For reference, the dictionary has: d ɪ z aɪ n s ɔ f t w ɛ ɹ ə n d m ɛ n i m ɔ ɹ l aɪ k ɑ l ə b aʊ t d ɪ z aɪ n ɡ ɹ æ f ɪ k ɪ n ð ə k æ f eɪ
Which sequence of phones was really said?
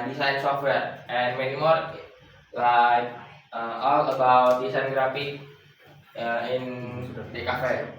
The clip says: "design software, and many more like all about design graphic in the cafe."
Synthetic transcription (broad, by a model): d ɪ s aɪ n s ɔ f t w ɛ ɹ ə n m ɛ n i m ɔ ɹ l aɪ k ɑ l ə b aʊ t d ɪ s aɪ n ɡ ɹ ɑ p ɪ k ɪ n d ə k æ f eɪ